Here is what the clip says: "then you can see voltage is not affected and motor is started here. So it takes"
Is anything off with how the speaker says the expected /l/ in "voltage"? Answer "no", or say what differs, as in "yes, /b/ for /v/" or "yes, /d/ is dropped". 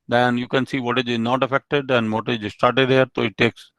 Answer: yes, /l/ is dropped